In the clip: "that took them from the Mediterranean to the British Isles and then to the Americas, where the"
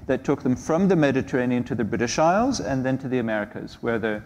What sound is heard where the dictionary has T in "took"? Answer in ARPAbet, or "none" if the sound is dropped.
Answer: T